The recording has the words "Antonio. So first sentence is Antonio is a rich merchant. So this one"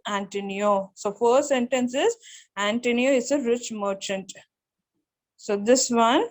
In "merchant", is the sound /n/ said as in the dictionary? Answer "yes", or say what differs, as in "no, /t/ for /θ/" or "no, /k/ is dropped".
yes